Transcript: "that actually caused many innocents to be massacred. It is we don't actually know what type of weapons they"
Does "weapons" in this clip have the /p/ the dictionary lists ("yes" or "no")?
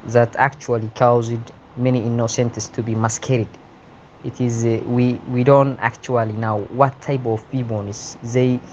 no